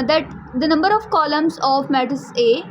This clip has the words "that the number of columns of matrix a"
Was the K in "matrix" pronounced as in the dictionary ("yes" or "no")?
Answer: no